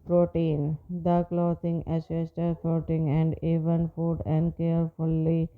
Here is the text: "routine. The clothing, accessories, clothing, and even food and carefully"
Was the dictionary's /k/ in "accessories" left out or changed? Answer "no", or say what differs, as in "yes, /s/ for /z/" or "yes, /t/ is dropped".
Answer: yes, /k/ is dropped